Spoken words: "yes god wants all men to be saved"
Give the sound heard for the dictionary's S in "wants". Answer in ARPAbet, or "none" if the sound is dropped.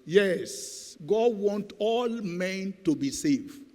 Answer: none